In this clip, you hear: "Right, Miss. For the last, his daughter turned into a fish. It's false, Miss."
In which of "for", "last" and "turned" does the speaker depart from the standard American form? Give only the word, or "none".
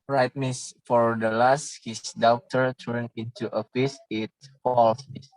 turned